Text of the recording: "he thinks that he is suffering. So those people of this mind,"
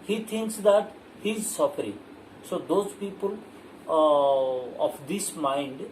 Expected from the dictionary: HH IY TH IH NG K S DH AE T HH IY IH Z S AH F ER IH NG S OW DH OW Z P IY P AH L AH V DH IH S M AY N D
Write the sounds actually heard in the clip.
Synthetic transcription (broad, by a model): HH IY T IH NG K S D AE T HH IY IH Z S AH F ER IH NG S OW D OW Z P IY P AH L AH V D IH S M AY N D